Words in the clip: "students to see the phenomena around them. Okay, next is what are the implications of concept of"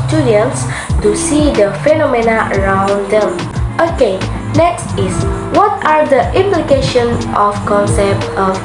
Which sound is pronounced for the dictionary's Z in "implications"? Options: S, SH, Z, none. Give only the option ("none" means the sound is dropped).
none